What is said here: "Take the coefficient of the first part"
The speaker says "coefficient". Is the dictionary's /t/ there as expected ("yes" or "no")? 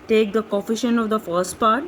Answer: no